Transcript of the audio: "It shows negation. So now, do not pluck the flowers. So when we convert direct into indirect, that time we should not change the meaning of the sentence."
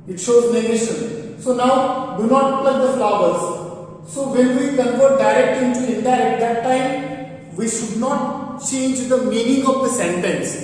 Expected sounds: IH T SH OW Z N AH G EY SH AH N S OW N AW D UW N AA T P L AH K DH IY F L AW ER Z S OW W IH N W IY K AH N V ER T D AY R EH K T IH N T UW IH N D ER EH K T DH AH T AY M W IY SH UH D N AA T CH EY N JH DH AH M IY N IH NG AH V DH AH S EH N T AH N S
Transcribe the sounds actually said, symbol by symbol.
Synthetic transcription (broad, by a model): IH T SH OW Z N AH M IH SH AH N S OW N AW D UW N AA T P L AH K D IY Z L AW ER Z S OW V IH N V IY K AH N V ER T D AY R EH K T IH N T UW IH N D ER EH T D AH T AY M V IY SH UH D N AA T CH EY N JH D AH M IY N IH NG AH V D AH S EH N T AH N S